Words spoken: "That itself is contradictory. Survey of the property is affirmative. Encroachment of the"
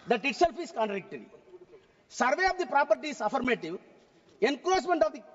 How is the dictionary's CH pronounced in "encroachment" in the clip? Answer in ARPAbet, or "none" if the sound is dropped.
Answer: S